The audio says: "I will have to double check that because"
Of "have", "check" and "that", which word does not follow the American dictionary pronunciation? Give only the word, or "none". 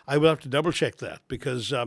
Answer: have